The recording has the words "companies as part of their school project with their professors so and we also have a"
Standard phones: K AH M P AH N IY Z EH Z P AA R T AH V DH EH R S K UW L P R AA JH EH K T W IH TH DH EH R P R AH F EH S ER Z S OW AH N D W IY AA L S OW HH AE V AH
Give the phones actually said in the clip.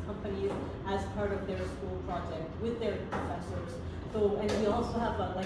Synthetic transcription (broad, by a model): K AH M P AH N IY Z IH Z P AA R T AH V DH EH R S K UW L P R AA JH EH K T W IH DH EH R P R AH F EH S ER Z TH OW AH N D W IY AA L S OW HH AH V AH